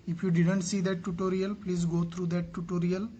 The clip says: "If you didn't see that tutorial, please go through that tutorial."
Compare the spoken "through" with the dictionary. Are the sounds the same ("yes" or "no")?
no